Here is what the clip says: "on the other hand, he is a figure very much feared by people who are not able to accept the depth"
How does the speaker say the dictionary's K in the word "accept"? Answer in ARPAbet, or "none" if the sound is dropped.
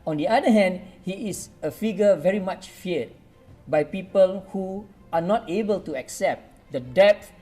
K